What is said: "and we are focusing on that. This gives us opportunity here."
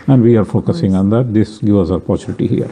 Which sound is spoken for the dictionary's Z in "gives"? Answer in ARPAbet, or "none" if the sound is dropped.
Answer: none